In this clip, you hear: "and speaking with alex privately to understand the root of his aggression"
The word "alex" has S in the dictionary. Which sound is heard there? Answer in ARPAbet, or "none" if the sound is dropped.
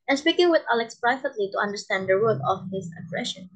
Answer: S